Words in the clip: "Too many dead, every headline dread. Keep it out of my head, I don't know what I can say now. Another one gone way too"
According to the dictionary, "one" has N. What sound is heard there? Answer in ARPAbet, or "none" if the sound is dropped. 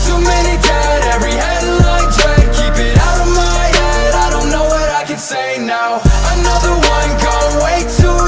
N